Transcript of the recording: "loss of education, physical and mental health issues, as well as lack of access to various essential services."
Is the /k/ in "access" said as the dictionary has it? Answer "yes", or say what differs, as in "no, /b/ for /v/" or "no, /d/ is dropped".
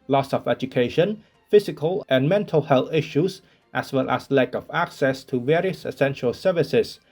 yes